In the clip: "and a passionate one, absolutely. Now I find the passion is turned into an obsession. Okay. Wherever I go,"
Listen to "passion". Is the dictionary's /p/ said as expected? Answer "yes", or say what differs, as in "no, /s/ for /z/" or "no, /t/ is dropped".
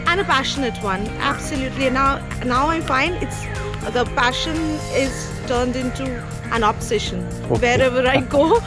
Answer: yes